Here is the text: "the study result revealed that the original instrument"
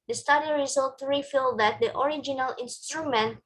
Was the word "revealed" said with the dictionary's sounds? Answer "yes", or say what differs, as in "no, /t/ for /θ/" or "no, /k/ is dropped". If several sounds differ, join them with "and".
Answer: no, /f/ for /v/